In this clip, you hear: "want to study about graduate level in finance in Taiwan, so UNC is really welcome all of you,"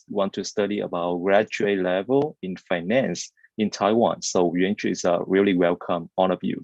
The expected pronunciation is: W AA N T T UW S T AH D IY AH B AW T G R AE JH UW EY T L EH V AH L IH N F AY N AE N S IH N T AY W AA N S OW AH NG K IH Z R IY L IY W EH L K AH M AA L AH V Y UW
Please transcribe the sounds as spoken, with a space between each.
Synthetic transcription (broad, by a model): W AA N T T UW S T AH D IY AH B AW T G R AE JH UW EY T L EH V AH L IH N F AY N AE N S IH N T AY W AA N S OW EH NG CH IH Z R IY L IY W EH L K AH M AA N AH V Y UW